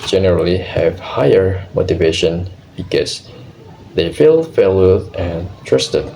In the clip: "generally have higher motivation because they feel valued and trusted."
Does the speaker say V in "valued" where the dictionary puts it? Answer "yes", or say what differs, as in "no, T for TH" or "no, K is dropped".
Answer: no, F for V